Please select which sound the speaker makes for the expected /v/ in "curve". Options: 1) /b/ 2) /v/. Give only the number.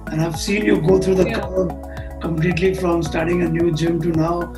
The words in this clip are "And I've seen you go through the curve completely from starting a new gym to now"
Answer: 1